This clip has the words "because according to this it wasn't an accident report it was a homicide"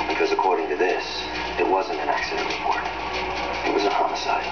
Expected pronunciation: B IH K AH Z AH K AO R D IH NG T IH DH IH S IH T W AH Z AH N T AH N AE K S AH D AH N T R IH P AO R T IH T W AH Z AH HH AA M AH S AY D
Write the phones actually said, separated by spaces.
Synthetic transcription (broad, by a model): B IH K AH Z AH K AO R D IH NG T IH DH IH S IH T W AH Z AH N T AH N AE K S AH D AH N T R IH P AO R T IH T W AH Z AH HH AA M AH S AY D